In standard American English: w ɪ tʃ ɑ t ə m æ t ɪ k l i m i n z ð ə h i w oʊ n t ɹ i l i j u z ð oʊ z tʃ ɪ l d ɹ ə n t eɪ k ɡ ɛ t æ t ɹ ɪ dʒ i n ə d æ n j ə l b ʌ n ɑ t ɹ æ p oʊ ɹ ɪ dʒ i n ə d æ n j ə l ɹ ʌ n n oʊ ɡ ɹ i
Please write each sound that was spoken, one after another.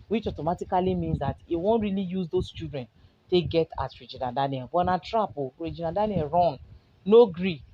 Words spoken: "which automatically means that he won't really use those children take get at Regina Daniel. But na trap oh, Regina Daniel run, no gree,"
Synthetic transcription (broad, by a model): w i tʃ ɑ t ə m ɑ t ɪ k l i m i n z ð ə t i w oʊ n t ɹ i l i j u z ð oʊ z tʃ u d ɹ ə n t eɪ ɡ ɛ t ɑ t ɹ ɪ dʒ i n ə d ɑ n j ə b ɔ n ɑ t ɹ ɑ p oʊ ɹ ɪ dʒ i n ə d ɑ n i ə ɹ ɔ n n oʊ ɡ ɹ i